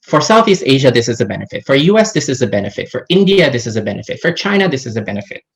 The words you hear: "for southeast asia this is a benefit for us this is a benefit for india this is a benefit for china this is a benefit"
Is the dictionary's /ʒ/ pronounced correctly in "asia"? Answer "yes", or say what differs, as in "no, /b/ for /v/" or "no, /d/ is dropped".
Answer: yes